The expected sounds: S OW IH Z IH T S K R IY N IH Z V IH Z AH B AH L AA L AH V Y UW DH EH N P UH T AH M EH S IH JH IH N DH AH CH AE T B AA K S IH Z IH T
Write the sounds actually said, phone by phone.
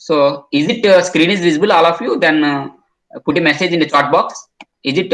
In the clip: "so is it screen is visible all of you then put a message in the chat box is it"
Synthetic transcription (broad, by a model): S OW IH Z IH T S K R IY N IH Z V IH Z AH B AH L AA L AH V Y UW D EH N P UH T AH M EH S IH JH IH N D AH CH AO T B AA K S IH Z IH T